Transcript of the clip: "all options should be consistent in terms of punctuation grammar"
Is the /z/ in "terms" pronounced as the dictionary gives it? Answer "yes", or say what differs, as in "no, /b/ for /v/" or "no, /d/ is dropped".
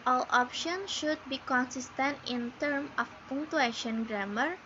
no, /z/ is dropped